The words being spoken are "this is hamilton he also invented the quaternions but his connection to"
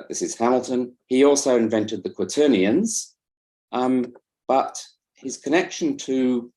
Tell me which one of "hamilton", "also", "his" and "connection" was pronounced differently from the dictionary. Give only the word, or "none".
none